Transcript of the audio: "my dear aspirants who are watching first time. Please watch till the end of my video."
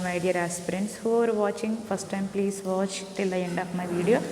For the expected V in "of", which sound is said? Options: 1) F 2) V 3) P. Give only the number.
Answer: 3